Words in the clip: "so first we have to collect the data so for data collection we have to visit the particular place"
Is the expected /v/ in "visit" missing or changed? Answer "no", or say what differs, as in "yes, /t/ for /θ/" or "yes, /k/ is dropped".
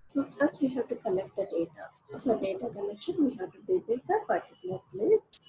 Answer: yes, /b/ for /v/